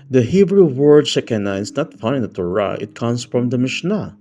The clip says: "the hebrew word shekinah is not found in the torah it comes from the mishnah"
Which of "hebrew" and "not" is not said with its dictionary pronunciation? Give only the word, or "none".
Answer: none